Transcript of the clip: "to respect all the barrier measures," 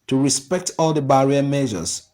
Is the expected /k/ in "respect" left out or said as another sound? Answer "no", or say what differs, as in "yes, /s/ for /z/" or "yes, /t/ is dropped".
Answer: no